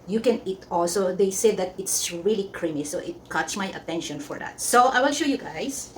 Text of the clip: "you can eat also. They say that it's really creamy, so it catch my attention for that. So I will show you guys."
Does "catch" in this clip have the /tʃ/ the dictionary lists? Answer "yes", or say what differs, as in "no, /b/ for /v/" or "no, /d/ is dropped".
no, /s/ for /tʃ/